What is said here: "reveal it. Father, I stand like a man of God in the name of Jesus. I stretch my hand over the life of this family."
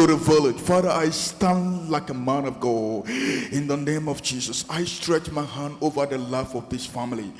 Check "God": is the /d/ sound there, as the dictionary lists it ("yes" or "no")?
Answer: no